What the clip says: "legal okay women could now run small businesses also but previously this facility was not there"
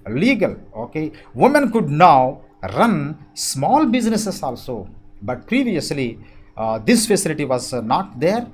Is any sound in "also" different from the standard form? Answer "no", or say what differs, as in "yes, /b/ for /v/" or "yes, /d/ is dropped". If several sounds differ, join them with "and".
no